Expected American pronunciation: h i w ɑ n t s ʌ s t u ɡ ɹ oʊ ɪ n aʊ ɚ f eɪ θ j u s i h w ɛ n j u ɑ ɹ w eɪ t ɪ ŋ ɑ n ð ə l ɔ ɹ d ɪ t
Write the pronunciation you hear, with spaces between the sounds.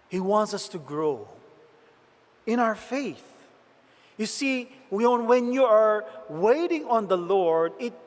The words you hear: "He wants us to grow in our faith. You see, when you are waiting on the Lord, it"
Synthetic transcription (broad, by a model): h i w ɑ n t s ʌ s t u ɡ ɹ oʊ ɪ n aʊ ɚ f eɪ θ j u s i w w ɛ n j u ɑ ɹ w eɪ t ɪ ŋ ɑ n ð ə l ɔ ɹ d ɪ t